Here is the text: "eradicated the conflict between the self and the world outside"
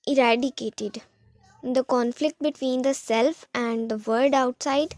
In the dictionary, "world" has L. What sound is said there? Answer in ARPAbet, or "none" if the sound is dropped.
none